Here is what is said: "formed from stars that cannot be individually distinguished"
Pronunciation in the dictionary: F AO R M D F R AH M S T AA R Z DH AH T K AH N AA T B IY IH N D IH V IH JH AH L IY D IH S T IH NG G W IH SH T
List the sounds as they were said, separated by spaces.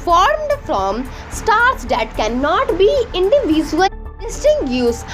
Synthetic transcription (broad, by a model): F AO R M D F R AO M S T AA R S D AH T K AH N AA T B IY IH N D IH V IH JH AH IY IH S T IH NG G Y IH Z